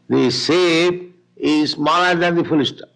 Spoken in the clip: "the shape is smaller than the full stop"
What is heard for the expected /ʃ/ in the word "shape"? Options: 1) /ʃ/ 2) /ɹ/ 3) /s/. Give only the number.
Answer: 3